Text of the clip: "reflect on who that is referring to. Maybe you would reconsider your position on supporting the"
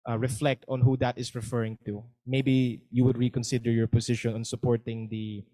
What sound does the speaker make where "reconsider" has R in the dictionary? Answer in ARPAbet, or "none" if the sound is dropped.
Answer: R